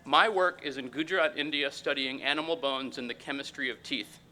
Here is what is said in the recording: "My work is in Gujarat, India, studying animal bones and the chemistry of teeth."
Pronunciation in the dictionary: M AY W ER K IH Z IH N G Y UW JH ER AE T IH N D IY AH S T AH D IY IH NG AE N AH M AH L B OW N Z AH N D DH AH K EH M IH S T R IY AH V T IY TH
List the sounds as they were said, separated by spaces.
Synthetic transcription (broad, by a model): M AY W ER K IH Z IH N G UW JH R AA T IH N D IY AH S T AH D IY IH NG AE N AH M L B OW N Z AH N DH AH K EH M IH S T R IY AH V T IY TH